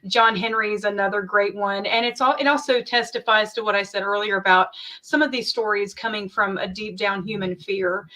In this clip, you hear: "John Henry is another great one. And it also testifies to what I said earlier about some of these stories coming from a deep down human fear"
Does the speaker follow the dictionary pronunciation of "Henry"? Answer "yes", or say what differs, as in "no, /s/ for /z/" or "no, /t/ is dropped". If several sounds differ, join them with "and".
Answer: yes